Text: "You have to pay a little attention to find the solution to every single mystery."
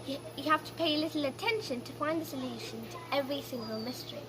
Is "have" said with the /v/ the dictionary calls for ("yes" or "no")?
no